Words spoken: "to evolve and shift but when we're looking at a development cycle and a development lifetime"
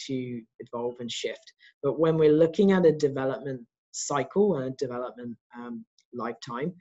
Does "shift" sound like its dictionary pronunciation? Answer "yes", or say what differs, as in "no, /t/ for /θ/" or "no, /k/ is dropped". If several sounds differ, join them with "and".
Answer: yes